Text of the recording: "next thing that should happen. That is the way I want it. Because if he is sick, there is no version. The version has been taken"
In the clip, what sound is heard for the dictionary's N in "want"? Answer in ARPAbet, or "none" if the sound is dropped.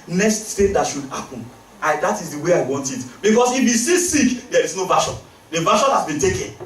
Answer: N